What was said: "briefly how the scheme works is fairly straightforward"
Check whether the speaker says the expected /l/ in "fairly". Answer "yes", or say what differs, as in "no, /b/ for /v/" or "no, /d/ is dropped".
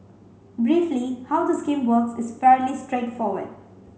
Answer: yes